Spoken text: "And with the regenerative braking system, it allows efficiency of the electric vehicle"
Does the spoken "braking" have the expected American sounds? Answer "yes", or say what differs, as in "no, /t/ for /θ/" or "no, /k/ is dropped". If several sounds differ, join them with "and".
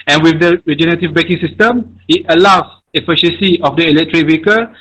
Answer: no, /ɹ/ is dropped